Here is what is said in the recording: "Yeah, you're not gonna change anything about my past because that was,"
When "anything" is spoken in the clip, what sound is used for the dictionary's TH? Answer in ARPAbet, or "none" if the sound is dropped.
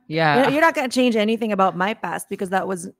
TH